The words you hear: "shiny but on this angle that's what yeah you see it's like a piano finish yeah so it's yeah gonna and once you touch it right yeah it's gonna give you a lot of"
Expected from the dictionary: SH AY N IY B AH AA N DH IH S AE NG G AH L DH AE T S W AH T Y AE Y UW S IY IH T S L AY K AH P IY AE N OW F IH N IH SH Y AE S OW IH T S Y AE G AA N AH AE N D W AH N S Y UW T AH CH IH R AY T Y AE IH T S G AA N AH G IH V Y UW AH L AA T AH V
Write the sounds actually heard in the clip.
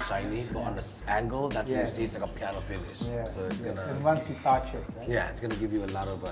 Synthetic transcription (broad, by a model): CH AY N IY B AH AA N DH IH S AE NG G AH L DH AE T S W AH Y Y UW S IY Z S L AY K AH P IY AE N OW F IH N IH SH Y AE S OW IH T S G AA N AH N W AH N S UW S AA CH IH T Y AE IH T S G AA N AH G IH V Y UW AH L AA T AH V